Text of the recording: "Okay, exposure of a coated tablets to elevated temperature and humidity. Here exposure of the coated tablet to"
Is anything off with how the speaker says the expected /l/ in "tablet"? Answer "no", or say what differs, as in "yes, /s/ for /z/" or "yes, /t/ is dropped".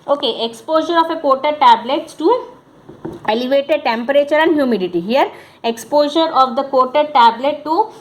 no